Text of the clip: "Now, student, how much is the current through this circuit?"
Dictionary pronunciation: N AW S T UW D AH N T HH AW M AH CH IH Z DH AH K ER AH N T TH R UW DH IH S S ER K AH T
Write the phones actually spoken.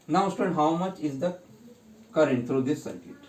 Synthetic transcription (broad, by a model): N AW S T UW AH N HH AW M AH CH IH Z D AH K ER AH N T T R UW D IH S S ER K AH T